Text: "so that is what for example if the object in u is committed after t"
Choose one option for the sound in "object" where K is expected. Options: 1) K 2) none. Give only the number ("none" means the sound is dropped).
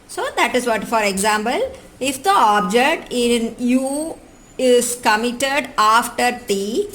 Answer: 1